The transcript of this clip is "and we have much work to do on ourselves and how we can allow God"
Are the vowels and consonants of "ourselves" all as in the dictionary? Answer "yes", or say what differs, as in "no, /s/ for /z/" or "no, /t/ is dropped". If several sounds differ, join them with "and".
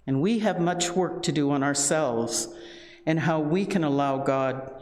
yes